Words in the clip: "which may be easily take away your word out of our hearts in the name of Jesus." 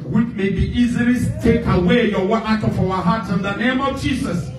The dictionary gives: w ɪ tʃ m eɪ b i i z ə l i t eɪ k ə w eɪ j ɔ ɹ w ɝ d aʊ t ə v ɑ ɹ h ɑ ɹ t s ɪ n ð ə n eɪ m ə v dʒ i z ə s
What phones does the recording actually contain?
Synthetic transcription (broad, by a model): w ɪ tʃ m eɪ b i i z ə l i t eɪ k ə w eɪ j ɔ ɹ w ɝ aʊ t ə f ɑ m h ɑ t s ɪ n ð ə n eɪ m ə v dʒ i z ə s